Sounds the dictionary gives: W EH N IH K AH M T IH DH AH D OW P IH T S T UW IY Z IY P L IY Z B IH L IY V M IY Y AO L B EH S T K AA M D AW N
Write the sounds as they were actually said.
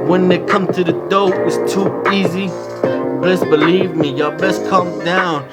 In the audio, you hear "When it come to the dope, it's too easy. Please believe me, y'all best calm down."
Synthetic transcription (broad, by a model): W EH N IH K AH M T IH DH AH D OW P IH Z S T UW IY Z IY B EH S B IH L IY V M IY Y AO B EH S K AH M D AW N